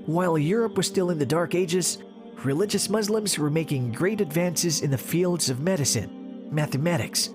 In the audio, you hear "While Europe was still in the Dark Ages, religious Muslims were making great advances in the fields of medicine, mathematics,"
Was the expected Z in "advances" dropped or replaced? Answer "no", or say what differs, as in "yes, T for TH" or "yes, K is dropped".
no